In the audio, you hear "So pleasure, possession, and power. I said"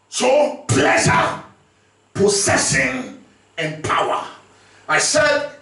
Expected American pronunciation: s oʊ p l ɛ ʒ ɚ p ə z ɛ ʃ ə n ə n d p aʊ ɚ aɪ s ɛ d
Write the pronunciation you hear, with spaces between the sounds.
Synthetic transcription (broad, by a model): s oʊ p l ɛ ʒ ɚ p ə s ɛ s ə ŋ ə n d p aʊ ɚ aɪ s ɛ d